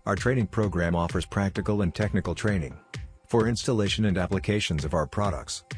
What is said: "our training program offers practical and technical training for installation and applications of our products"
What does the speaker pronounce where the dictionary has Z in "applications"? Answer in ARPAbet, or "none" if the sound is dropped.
Z